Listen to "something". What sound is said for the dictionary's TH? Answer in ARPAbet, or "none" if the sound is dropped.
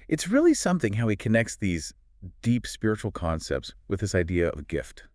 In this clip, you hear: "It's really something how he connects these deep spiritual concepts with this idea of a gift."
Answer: TH